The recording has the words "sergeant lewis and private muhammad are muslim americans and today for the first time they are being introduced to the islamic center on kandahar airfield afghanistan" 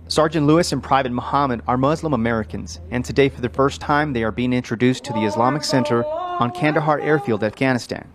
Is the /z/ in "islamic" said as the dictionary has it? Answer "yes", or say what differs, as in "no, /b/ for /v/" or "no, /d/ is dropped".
yes